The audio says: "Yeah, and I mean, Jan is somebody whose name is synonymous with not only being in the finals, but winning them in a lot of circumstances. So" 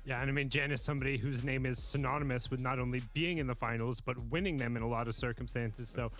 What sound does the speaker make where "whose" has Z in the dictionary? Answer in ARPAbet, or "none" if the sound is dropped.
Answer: Z